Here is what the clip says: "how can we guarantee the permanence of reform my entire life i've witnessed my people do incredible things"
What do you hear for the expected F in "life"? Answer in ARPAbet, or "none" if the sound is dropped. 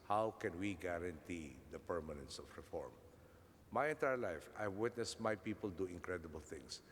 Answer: F